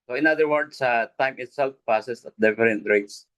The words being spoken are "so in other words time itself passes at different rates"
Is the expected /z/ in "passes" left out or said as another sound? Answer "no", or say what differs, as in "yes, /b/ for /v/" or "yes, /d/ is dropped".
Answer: yes, /s/ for /z/